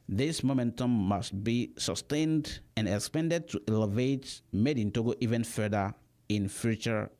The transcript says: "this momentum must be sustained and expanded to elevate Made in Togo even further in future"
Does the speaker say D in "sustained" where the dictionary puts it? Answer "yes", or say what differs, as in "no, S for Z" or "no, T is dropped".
yes